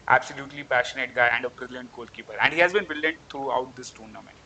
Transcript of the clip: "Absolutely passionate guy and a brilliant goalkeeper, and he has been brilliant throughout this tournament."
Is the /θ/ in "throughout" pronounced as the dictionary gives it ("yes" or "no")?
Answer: no